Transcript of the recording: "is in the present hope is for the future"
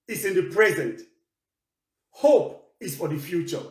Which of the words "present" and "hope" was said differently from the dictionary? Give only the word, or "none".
none